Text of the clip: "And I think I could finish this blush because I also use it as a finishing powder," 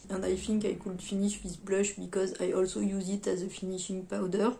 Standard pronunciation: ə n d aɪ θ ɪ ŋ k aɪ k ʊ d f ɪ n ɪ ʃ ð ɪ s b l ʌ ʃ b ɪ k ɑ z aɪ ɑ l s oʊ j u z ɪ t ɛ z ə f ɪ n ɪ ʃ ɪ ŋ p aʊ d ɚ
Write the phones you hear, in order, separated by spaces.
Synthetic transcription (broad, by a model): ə n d aɪ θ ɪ ŋ k aɪ k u d f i n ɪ ʃ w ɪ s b l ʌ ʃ b ɪ k ɑ z aɪ ɑ l s oʊ j u z ɪ t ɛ z ə f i n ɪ ʃ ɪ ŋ p aʊ d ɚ